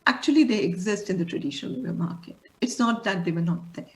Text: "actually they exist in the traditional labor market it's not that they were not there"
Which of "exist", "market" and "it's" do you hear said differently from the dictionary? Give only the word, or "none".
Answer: none